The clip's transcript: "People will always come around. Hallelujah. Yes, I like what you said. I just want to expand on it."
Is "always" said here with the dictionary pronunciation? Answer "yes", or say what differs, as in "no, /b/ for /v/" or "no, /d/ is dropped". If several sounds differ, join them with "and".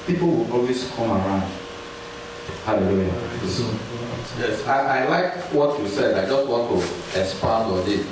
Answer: no, /s/ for /z/